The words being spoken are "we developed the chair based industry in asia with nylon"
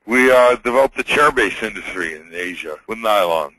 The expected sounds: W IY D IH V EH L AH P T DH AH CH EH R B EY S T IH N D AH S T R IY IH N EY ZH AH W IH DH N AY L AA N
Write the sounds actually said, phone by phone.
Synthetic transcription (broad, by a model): W IY D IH V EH L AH P DH AH CH EH R B EY S IH N D AH S T R IY IH N EY ZH AH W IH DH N AY L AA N